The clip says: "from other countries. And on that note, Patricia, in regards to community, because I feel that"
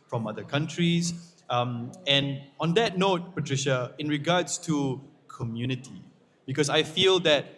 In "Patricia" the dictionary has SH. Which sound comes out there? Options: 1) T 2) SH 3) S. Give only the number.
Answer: 2